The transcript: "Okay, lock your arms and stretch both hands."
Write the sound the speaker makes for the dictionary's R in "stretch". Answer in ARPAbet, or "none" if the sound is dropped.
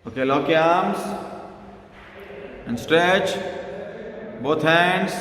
R